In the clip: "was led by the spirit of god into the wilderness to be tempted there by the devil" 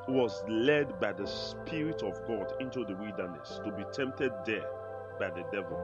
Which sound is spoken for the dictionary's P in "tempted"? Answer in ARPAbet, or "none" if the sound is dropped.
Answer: P